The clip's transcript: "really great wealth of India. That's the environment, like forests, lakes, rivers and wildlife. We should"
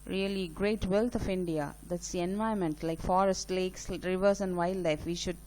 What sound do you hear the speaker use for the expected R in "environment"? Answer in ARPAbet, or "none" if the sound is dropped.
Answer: none